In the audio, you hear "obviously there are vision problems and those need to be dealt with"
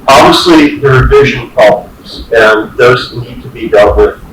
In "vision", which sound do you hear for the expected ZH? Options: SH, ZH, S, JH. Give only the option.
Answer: ZH